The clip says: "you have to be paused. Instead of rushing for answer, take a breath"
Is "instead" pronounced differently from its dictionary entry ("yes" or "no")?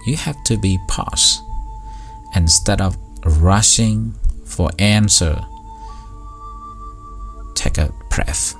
no